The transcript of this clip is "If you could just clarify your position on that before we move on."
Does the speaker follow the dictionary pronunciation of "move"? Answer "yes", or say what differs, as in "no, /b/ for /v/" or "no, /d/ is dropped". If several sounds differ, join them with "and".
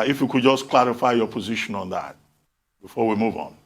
yes